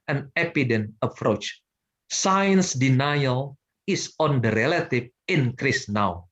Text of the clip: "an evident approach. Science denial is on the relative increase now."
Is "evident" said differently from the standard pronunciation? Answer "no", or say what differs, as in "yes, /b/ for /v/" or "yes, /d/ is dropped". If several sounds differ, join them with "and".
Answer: yes, /p/ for /v/